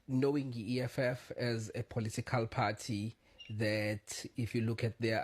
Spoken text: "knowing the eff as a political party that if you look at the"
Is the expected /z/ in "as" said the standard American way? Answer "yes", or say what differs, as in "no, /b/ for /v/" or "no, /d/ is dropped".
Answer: yes